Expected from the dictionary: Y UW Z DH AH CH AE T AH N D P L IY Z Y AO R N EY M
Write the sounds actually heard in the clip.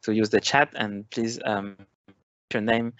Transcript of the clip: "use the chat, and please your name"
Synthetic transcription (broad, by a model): Y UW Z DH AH CH AE T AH N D P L IY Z Y AO R N EY M